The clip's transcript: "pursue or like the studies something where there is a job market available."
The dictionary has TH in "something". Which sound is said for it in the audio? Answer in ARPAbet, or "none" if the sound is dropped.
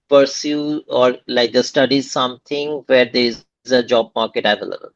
T